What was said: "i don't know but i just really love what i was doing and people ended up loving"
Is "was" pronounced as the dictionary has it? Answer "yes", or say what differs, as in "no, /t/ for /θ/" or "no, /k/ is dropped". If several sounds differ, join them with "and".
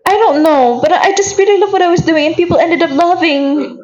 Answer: yes